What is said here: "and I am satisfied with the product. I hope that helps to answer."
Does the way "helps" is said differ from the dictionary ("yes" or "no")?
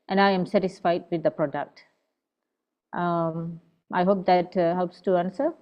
no